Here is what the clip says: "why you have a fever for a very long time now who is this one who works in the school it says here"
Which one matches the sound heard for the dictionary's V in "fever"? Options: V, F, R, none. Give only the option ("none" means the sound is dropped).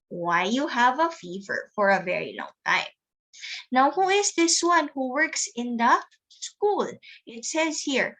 V